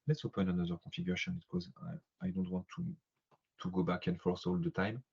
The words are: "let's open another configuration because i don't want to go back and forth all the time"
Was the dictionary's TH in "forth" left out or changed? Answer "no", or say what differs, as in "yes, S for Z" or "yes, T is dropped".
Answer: yes, S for TH